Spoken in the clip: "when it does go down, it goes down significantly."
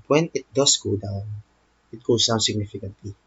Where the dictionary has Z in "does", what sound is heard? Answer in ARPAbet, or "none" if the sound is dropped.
S